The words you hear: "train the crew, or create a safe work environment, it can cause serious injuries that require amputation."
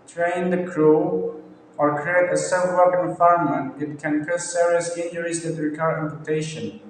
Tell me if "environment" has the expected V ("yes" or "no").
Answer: no